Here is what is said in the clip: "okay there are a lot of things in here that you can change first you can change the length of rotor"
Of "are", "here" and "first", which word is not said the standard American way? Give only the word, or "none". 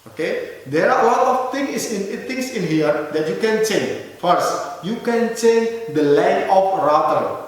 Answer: are